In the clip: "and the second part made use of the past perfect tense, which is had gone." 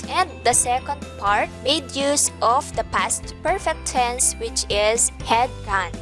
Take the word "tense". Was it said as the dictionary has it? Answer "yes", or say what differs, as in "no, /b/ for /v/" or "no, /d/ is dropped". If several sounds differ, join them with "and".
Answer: no, /s/ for /t/